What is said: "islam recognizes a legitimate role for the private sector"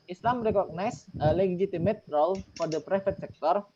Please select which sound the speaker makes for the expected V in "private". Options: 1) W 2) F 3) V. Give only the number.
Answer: 2